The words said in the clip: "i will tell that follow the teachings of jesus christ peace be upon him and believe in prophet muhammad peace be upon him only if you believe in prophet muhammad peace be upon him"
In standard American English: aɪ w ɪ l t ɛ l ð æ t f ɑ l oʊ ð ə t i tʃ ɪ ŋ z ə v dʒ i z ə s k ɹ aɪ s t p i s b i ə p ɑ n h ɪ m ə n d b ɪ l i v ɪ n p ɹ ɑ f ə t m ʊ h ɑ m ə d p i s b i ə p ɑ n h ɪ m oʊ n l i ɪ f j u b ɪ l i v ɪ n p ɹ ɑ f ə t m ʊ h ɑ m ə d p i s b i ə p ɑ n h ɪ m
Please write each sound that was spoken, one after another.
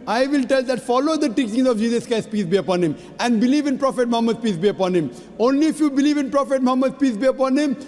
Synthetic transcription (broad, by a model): aɪ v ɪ l t ɛ l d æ t f ɑ l oʊ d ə t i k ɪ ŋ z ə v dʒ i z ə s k aɪ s p i s b i ə p ɑ n h ɪ m ə n d b ɪ l i v ɪ n p ɹ ɑ f ə t m ʊ h ɑ m ə d p i s b i ə p ɑ n h ɪ m oʊ n l i ɪ f j u b ɪ l i v ɪ n p ɹ ɑ f ə t m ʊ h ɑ m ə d p i s b i ə p ɑ n h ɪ m